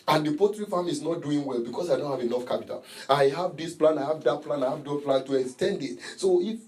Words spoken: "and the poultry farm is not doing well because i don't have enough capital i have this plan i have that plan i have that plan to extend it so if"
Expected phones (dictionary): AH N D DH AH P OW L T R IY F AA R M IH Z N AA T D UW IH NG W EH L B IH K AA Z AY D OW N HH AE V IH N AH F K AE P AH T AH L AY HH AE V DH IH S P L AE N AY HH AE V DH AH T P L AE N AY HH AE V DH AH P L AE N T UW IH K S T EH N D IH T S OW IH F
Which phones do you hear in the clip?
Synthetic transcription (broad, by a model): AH N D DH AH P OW T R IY F AA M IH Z N AA T D UW IH NG W EH L B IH K AA S AY D OW N HH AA V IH N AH F K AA P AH T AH L AY HH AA V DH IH S P L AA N AY HH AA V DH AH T P L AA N AY HH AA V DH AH P L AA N T UW IH K S T EH N D IH T S OW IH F